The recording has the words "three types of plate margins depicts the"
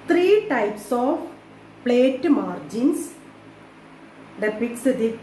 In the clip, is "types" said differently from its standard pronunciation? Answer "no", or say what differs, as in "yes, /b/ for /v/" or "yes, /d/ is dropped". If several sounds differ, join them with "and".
no